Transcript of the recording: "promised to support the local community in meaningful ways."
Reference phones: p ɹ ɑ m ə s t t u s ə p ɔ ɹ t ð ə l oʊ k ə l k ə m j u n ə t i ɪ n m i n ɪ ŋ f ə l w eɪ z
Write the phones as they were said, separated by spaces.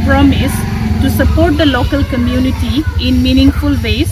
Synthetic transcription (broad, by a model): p ɹ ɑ m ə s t t u s ə p ɔ ɹ t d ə l oʊ k ə l k ə m j u n ə t i ɪ n m i n ɪ ŋ f ə l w eɪ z